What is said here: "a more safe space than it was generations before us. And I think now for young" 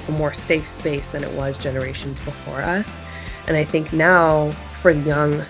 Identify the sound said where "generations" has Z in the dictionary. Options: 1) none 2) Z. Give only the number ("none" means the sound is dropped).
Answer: 2